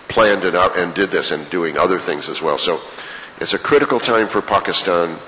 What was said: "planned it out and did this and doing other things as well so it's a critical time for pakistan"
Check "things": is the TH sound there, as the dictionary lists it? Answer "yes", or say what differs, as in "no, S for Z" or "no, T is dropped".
yes